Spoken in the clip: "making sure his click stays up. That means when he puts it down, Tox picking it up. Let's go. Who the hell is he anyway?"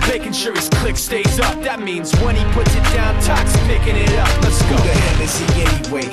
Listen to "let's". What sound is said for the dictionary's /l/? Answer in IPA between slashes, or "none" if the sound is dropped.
/n/